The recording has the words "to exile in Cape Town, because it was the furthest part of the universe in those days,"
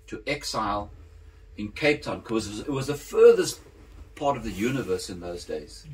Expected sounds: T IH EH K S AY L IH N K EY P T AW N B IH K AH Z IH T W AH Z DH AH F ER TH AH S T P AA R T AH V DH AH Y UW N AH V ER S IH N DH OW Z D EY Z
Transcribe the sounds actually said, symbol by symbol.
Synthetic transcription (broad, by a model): T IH EH K S AY L IH N K EY P T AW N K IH AH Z IH T W AH Z DH AH F ER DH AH S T P AA R T AH V DH AH Y UW N AH V ER S IH N DH OW Z D EY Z